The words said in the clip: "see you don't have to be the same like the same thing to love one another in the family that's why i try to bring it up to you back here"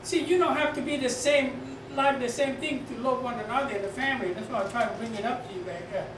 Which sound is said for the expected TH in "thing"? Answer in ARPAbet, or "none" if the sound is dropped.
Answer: TH